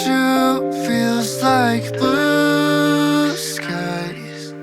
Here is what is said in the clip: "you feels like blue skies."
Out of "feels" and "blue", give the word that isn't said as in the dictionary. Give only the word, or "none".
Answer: blue